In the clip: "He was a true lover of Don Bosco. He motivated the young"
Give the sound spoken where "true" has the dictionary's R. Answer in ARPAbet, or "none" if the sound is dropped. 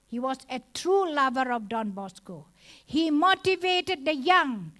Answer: R